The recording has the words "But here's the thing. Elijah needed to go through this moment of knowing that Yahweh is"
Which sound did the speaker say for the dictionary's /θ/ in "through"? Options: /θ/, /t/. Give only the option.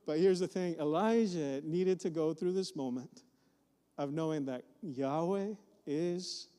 /θ/